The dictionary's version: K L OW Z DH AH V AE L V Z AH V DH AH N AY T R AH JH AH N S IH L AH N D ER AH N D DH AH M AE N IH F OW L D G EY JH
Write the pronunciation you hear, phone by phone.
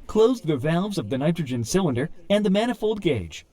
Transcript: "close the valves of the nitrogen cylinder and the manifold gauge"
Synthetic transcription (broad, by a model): K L OW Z DH AH V AE L V Z AH V DH AH N AY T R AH JH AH N S IH L AH N D ER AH N DH AH M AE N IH F OW L D G EY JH